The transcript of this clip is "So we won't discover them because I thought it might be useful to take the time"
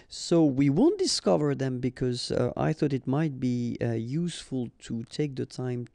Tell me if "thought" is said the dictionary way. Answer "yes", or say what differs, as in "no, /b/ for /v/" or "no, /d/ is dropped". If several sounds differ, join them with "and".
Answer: yes